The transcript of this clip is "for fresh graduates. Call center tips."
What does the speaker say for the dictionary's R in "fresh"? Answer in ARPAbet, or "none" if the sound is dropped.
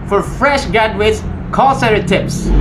R